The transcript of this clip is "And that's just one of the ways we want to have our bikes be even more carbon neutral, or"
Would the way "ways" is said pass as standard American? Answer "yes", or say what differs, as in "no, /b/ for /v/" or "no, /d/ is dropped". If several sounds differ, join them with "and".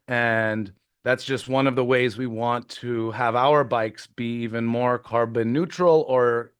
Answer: yes